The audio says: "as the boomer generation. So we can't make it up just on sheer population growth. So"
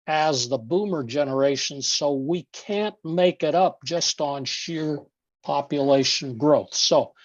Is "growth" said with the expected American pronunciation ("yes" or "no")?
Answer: yes